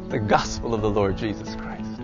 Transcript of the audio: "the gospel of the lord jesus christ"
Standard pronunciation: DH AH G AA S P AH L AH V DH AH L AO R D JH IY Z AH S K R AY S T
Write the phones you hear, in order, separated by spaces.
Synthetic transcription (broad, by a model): DH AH G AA S P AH L AH V DH AH L AO R D JH IY Z AH S K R AY S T